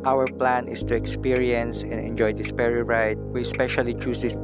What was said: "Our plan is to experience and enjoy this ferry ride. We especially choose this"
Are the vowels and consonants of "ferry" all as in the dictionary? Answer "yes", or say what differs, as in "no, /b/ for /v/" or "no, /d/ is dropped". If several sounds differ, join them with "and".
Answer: no, /p/ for /f/